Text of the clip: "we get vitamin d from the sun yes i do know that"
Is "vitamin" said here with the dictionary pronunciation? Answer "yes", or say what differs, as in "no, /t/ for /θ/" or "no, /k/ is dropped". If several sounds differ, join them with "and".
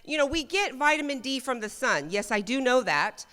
yes